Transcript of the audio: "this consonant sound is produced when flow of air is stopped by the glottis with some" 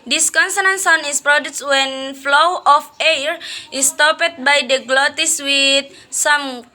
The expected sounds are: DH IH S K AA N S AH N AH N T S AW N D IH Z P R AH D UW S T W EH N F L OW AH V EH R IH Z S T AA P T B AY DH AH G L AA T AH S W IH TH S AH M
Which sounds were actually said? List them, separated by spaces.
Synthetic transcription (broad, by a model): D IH S K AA N S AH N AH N S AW N IH S P R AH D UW S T W EH N F L OW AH F EH R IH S T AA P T B AY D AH G L AA T AH S W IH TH S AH M